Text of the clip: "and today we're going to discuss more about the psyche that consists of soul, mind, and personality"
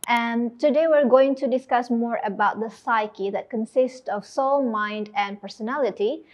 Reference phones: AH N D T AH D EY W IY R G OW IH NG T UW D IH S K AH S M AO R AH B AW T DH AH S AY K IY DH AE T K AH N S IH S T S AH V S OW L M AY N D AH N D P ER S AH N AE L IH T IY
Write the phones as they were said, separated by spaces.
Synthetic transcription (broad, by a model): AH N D T AH D EY W IY R G OW IH NG T UW D IH S K AH S M AO R AH B AW T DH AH S AY K IY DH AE T K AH N S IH S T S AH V S OW L M AY N D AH N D P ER S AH N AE L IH T IY